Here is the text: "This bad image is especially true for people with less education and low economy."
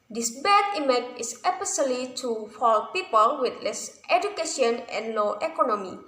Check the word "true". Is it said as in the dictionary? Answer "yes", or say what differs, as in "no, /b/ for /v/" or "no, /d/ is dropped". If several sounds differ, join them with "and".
no, /ɹ/ is dropped